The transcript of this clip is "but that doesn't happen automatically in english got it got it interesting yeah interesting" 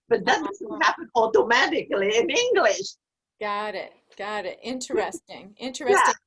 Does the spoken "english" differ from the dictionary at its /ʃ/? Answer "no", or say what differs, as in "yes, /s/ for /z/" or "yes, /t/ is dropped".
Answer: no